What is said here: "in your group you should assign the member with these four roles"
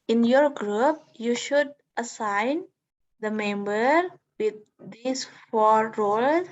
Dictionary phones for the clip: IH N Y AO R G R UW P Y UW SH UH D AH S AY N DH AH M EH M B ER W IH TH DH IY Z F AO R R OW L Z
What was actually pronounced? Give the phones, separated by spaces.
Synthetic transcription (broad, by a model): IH N Y AO R G R UW P Y UW SH UH D AH S AY N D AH M EH M B ER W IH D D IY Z F AO R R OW L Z